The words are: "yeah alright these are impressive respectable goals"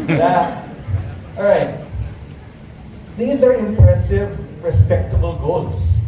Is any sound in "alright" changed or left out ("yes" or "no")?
yes